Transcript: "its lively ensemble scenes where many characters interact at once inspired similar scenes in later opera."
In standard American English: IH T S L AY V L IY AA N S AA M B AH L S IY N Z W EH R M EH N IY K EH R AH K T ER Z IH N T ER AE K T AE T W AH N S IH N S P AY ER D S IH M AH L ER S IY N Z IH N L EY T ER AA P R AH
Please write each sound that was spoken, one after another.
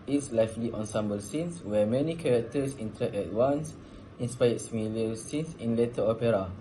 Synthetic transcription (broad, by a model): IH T S L AY F L IY AA N S AA M B AH L S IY N S W EH M EH N IY K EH R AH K T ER S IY N T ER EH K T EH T W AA N S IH N S P AY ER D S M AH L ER S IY N S IH N L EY T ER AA P R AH